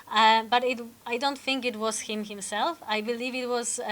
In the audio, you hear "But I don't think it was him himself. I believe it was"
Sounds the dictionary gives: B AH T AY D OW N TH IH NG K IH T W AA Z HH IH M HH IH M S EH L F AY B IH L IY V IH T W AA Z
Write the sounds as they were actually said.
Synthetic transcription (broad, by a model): B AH T AY D OW N TH IH NG K IH T W AA Z HH IH M HH IH M S EH L F AY B IH L IY V IH T W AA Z